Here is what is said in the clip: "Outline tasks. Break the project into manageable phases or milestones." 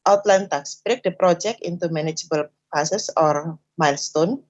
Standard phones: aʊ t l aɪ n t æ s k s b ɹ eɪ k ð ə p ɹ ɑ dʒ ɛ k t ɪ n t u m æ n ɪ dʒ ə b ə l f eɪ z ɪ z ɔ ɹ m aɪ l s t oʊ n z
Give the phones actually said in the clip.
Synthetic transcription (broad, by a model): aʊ t l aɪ n t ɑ k s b ɹ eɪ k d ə p ɹ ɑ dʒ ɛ k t ɪ n t u m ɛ n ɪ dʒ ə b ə l p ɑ s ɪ s ɔ ɹ m aɪ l s t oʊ n